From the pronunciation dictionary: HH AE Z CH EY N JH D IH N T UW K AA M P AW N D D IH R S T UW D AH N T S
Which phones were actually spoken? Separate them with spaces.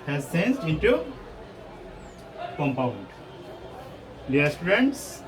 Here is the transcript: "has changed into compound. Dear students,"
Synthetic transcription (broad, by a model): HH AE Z S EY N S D IH N T UW K AA M P AW N D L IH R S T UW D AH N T S